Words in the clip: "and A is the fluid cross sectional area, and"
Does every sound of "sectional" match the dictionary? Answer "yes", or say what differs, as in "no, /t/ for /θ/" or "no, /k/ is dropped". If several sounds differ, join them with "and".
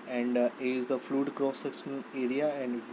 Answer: no, /s/ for /ʃ/